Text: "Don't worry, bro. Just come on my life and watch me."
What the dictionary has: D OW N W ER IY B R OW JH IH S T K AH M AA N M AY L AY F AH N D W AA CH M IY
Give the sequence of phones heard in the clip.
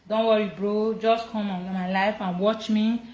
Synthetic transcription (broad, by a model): D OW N W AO IY B R OW JH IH S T K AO M AA N M AY L AY F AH N W AA CH M IY